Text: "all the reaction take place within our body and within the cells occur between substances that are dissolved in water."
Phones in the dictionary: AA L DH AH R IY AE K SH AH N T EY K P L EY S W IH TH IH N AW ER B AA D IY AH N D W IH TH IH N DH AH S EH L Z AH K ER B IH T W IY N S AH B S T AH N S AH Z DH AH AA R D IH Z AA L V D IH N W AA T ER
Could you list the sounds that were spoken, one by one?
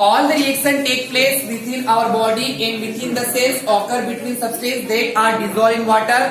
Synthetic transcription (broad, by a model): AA L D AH R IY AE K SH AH N T EY K P L EY S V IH T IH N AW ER B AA D IY AH N D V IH T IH N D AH S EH L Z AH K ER B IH T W IY N S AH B S T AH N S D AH AA R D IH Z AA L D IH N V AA T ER